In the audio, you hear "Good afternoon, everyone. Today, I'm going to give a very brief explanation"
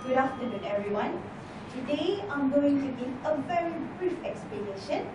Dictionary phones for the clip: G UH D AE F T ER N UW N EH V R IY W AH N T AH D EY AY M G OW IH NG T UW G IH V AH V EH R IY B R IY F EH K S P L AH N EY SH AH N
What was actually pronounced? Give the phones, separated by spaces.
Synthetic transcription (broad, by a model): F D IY F T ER N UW N EH V R IY W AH N T AH D EY AY M G OW IH NG T UW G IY AH V EH R IY B R IY F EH K S P L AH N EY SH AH N